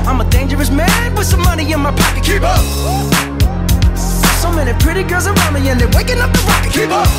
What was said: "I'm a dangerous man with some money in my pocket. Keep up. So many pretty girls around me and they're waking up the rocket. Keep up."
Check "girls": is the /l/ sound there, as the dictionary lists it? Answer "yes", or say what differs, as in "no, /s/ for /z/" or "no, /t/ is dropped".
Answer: no, /l/ is dropped